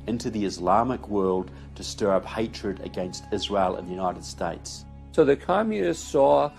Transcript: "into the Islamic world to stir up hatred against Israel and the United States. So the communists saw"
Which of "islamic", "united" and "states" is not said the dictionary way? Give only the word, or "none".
none